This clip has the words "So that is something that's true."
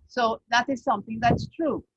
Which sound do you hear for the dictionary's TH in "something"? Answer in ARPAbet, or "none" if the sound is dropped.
T